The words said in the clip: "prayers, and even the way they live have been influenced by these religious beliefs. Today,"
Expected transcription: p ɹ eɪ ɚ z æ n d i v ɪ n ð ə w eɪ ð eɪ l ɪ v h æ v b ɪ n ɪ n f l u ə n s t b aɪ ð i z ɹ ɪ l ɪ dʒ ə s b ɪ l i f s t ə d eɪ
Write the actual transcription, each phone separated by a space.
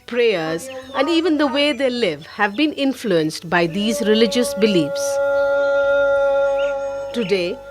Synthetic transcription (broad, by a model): p ɹ eɪ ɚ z æ n d i v ɪ n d ə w eɪ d eɪ l ɪ v h æ v b ɪ n ɪ n f l u ə n s t b aɪ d i z ɹ ɪ l ɪ dʒ ə s b ɪ l i f s t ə d eɪ